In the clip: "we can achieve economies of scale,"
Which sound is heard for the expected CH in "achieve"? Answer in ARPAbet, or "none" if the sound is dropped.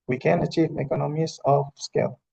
CH